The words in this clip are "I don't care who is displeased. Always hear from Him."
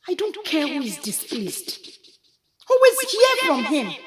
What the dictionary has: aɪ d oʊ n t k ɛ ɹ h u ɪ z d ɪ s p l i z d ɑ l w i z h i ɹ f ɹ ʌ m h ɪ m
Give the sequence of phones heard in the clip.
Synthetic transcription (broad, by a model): aɪ d oʊ n t k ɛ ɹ h u ɪ z d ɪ s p l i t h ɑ w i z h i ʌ f ɹ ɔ m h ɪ m